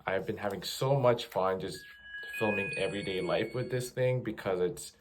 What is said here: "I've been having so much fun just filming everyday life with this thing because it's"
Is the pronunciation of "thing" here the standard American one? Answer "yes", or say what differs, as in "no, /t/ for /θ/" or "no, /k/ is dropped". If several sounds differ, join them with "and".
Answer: yes